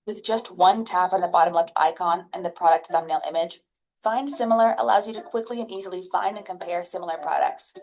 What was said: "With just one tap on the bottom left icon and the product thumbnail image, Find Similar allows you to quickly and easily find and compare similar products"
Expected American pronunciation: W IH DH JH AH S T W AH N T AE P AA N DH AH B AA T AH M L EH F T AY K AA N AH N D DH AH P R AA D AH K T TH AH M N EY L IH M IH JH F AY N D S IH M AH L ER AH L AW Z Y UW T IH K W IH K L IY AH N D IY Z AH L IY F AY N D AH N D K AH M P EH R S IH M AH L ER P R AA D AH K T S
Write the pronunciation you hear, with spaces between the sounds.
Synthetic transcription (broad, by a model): W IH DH JH AH S T W AH N T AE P N DH AH B AA T AH M L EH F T AY K AA N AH N DH AH P R AA D AH K T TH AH M N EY L IH M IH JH F AY N D S IH M L ER AH L AW Z Y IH T IH K W IH K L IY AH N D IY Z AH L IY F AY N D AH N K AH M P EH R S IH M L ER P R AA D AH K T S